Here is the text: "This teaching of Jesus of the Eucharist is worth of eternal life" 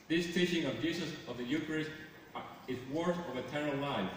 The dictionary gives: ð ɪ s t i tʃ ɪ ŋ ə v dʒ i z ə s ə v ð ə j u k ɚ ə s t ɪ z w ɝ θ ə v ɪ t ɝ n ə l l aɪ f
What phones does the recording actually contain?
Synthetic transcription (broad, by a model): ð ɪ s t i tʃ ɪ ŋ ə v dʒ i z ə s ə v ð ə j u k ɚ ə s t ɪ z w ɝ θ ə v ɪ t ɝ ə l l aɪ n